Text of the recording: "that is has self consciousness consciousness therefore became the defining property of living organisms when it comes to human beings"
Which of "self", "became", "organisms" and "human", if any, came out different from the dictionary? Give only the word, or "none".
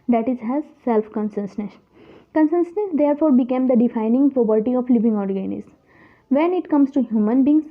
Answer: organisms